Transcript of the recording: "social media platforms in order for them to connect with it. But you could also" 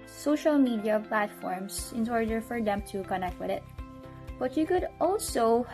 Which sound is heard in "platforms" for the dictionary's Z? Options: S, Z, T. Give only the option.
S